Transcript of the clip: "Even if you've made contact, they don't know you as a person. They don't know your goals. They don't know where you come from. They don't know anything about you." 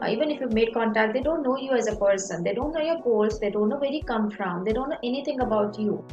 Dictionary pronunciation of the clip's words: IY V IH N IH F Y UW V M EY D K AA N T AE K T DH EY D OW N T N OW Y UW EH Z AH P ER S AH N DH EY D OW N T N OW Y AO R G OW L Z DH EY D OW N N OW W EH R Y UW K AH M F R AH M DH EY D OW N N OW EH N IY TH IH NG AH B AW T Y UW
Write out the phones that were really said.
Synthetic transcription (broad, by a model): IY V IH N IH F Y UW V M EY D K AA N T AE K T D EY D OW N T N OW Y UW EH Z AH P ER S AH N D EY D OW N T N OW Y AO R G OW L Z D EY D OW N N OW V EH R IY K AH M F R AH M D EY D OW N N OW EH N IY T IH NG AH B AW T Y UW